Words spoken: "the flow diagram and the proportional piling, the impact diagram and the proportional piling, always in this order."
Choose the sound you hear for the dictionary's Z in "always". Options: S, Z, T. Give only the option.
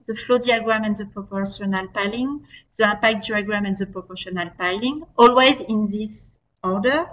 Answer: Z